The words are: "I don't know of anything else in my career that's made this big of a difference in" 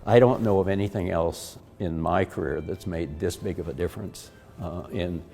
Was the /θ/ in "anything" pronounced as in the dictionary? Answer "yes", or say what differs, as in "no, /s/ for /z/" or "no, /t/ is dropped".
yes